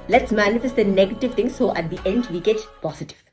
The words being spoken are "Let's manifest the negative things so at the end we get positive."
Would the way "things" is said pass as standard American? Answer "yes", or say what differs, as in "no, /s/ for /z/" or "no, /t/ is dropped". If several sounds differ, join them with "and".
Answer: no, /t/ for /θ/